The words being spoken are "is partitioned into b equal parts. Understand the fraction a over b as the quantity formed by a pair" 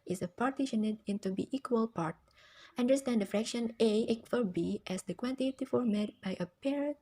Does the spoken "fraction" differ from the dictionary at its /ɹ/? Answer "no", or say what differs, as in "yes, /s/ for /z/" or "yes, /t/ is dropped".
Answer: no